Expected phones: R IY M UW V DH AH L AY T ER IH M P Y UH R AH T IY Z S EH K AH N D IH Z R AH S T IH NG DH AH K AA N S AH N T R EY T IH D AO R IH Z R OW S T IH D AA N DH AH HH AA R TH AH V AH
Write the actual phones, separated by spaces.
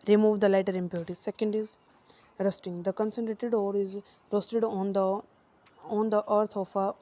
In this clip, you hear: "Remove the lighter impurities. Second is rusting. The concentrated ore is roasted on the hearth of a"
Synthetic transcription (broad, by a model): R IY M UW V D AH L AY T ER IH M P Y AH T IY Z S EH K AH N D IH Z R AH S T IH NG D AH K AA N S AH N T R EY T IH D AO R IH Z R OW S T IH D AA N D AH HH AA R T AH F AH